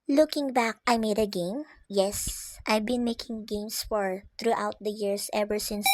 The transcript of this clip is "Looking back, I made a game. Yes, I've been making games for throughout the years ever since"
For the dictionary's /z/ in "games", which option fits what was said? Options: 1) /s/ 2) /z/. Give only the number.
1